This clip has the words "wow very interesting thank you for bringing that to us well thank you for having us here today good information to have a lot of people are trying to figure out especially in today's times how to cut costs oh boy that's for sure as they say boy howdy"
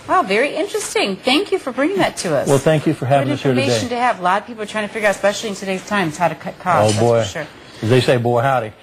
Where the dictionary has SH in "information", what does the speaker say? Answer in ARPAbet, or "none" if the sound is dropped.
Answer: none